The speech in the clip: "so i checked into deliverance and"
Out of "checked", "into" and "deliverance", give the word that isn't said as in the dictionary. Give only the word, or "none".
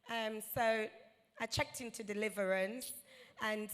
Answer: none